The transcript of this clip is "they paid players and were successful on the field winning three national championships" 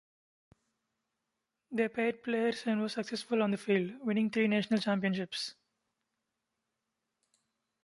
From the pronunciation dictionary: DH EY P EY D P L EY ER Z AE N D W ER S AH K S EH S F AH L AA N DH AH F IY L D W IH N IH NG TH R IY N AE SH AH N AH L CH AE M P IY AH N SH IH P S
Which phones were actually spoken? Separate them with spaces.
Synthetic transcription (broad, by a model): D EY P EY D P L EY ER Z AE N D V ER S AH K S EH S F AH L AA N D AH F IY L D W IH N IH NG T R IY N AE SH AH N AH L CH AE M P IY AH N SH IH P S